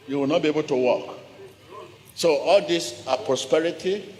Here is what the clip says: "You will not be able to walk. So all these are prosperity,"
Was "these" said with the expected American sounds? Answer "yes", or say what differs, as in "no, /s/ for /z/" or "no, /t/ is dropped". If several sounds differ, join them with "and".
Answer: no, /s/ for /z/